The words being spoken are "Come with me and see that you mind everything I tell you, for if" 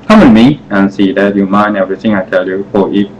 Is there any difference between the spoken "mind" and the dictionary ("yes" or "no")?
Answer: yes